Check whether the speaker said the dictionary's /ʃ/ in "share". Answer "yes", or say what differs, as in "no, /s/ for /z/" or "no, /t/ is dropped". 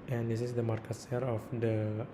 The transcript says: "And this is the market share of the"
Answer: no, /s/ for /ʃ/